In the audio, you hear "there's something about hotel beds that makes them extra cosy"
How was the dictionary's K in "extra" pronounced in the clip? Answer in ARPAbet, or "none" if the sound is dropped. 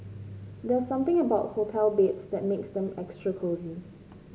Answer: K